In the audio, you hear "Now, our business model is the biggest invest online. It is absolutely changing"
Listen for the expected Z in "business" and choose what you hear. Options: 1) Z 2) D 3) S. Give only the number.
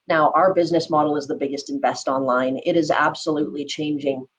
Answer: 1